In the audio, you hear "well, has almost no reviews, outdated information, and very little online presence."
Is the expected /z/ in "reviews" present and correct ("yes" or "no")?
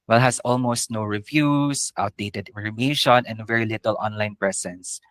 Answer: no